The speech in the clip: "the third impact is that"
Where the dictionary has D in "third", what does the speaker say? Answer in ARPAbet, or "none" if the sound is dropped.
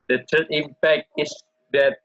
none